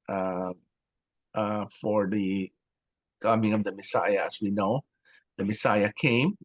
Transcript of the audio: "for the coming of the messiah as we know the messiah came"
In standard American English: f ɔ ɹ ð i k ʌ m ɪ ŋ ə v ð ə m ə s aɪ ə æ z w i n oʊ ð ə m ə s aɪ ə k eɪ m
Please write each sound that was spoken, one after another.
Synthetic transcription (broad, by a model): f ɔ ɹ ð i k ʌ m ɪ ŋ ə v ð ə m ə s aɪ ə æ s w i n oʊ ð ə m ə s aɪ ə k eɪ m